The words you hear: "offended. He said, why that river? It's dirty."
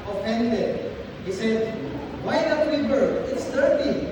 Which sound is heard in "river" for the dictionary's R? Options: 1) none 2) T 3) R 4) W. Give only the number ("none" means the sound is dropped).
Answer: 4